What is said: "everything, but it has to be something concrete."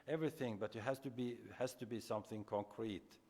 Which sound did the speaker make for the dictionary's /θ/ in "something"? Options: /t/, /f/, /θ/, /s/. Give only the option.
/θ/